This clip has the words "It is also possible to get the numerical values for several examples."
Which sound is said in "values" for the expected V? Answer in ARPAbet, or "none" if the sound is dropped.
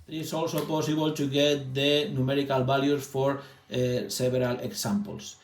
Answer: B